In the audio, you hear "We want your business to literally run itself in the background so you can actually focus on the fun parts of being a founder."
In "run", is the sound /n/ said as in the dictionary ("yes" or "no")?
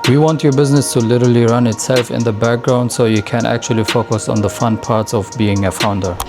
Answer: yes